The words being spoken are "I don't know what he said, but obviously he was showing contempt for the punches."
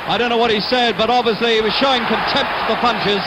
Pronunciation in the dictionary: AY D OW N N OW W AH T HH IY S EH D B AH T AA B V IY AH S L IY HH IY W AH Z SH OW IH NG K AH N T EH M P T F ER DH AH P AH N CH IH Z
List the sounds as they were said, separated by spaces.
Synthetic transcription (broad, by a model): AY D OW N N OW W AH T HH IY S EH D B AH T AA B V IY AH S L IY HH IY W AH Z SH OW IH NG K AH N T EH M P T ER DH AH P AH N CH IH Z